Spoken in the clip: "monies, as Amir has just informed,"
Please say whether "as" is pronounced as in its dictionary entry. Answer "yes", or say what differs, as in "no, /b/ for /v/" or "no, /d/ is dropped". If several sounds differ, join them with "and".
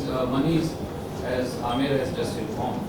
yes